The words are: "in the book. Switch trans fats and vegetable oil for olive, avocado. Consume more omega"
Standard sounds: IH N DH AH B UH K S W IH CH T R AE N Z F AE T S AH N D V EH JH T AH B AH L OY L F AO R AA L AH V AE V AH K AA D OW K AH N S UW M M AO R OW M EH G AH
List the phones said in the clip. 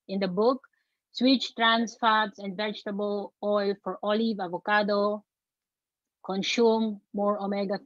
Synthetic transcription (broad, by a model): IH N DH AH B UH K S W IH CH T R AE N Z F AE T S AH N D V EH JH T AH B AH L OY L F AO R AA L AH V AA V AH K AA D OW K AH N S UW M M AO R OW M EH G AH